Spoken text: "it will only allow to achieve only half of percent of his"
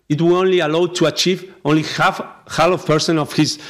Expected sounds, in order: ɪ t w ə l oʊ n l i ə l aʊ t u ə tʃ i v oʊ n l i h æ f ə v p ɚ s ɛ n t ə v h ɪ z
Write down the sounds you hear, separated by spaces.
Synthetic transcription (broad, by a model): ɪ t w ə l oʊ n l i ə l aʊ t u ə tʃ i v oʊ n l i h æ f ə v p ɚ s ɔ n ə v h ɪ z